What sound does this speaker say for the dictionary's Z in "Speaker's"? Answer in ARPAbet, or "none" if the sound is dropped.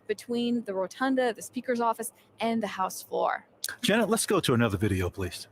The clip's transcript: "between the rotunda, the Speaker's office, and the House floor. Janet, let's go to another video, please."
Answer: Z